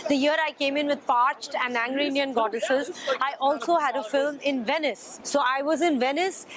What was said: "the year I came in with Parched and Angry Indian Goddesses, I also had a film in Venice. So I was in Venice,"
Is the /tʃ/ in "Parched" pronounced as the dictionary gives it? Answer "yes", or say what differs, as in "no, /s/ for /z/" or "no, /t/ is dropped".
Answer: yes